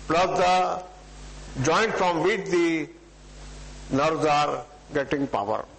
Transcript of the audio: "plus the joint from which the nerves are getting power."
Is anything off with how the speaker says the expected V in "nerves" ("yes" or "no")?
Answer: yes